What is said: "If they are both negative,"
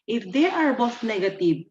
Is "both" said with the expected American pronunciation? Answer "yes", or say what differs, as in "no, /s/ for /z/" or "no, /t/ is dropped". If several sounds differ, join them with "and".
no, /t/ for /θ/